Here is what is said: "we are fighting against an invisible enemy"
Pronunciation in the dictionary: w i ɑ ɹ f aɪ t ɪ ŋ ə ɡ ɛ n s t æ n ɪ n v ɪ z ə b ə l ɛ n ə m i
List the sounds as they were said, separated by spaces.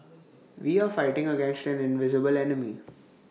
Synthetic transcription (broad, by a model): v i ɑ ɹ f aɪ t ɪ ŋ ə ɡ ɛ n s t æ n ɪ n v ɪ z ə b ə l ɛ n ə m i